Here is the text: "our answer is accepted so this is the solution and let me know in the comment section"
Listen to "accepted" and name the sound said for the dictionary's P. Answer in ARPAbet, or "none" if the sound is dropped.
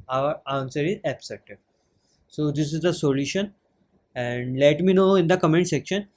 none